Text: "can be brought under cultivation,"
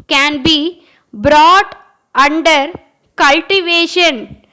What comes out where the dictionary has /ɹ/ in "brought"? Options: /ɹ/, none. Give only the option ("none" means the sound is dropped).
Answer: /ɹ/